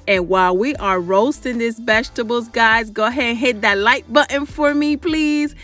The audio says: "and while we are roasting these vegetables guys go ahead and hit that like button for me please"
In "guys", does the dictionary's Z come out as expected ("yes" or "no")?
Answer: yes